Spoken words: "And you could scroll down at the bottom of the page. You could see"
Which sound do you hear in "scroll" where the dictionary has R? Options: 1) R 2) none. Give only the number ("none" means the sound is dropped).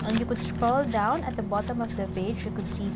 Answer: 2